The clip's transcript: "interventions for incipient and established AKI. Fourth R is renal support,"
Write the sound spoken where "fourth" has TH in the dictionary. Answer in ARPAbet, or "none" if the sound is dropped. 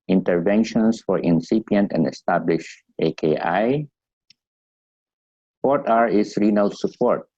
T